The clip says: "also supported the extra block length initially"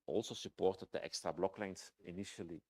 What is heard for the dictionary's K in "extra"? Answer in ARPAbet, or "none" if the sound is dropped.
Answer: K